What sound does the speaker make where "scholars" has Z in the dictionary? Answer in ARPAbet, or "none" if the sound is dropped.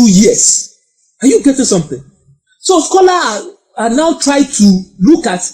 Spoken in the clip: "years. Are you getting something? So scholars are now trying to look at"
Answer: none